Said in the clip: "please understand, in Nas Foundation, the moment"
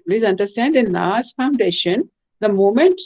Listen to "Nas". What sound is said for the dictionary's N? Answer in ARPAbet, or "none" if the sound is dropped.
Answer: L